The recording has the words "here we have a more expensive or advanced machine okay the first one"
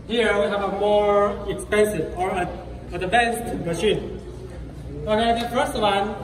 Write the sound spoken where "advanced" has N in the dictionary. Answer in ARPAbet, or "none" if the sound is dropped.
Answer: none